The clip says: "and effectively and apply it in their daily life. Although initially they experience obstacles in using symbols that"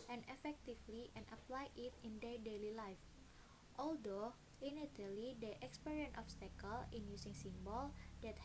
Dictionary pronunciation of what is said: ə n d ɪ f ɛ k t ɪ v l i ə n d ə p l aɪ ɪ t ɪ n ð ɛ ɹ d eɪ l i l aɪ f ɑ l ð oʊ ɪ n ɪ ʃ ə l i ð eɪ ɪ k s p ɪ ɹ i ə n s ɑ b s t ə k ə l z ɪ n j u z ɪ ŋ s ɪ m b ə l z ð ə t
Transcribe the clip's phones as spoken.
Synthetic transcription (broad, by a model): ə n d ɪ f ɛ k t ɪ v l i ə n ə p l aɪ ɪ t ɪ n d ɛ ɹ d eɪ l i l aɪ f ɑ l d oʊ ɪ n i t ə l i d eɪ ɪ k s p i ɹ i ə n ɑ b s t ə k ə l ɪ n j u s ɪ ŋ s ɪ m b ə l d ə t